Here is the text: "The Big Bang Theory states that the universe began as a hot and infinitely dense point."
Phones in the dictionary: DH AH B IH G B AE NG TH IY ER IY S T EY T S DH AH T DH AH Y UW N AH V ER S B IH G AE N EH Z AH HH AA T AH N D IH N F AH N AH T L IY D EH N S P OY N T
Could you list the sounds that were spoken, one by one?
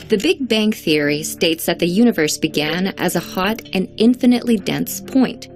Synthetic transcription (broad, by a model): DH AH B IH G B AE NG TH IY ER IY S T EY T S DH AH T DH AH Y UW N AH V ER S B IH G AE N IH Z AH HH AA T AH N IH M F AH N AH T L IY D EH N S P OY N T